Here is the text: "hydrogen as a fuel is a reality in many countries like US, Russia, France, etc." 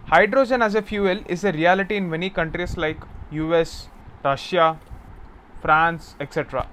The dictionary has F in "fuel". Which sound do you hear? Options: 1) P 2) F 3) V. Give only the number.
2